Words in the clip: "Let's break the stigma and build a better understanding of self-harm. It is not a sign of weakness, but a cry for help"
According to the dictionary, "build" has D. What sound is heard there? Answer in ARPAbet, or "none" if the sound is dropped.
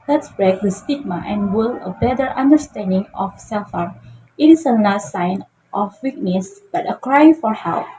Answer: none